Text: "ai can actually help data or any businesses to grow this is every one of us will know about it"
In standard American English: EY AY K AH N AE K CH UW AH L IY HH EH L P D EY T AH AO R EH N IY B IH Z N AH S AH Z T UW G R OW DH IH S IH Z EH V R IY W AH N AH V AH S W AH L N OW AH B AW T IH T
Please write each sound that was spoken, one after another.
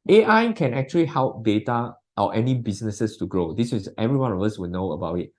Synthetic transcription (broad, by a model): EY AY K AH N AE K CH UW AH L IY HH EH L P D EY T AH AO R EH N IY B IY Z N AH S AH S T UW G R OW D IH S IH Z EH V R IY W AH N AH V AH S W AH L N OW AH B AW T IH T